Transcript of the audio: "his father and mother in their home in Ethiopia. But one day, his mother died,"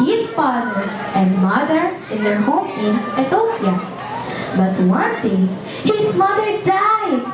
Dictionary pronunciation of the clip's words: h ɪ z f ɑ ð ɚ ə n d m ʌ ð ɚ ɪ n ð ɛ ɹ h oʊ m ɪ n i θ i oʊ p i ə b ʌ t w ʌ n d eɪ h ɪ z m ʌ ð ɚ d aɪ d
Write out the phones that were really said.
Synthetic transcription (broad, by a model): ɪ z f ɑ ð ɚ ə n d m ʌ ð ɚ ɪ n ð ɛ h oʊ m ɪ n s t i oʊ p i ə b ʌ t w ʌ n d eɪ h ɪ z m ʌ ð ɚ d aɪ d